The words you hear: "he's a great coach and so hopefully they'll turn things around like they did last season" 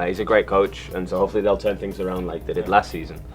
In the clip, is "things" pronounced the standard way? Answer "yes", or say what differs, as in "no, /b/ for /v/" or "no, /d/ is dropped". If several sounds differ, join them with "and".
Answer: yes